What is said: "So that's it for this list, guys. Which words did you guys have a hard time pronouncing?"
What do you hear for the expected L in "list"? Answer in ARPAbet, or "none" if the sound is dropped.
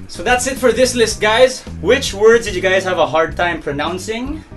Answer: L